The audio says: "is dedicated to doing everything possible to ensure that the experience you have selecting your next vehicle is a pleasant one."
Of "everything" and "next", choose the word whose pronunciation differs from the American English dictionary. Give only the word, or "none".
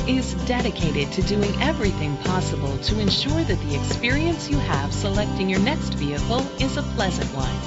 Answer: none